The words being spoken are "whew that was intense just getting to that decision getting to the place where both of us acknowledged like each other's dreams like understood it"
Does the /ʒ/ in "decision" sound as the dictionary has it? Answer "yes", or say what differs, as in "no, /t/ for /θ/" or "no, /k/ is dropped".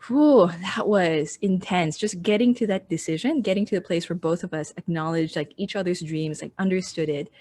yes